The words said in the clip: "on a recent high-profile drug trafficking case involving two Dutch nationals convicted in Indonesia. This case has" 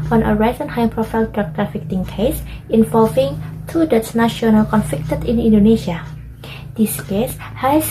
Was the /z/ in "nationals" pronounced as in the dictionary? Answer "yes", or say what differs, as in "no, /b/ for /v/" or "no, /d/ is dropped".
no, /z/ is dropped